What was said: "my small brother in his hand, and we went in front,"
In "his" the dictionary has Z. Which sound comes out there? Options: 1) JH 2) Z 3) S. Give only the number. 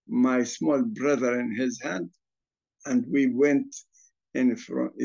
2